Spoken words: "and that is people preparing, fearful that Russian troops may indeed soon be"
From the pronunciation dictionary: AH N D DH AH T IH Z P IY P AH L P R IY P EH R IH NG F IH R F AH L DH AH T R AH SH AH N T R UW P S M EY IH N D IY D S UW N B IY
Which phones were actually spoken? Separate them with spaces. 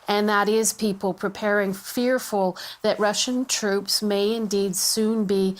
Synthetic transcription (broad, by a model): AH N DH AH T IH Z P IY P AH L P R IY P EH R IH NG F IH R F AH L DH AH T R AH SH AH N T R UW P S M EY IH N D IY D S UW N B IY